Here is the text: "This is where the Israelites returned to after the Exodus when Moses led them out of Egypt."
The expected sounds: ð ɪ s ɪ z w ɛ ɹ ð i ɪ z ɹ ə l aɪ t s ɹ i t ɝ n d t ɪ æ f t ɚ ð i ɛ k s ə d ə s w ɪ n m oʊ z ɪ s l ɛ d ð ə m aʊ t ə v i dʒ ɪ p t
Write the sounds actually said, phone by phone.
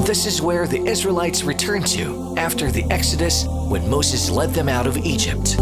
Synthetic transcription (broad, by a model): ð ɪ s ɪ z w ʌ ɹ ð i ɪ z ɹ ə l aɪ t s ɹ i t ɝ n t ɪ æ f t ɚ ð i ɛ k s ə d ə s w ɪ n m oʊ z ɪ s l ɛ d ð ə m aʊ t ə v i dʒ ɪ p t